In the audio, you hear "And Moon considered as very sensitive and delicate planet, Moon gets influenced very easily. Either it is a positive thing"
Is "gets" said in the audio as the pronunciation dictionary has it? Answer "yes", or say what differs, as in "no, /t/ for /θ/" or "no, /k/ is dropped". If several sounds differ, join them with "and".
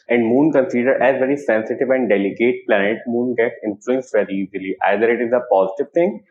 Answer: no, /s/ is dropped